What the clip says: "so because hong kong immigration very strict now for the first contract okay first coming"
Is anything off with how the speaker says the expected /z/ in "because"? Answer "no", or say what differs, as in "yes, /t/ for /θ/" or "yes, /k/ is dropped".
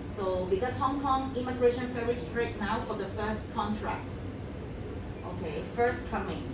yes, /s/ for /z/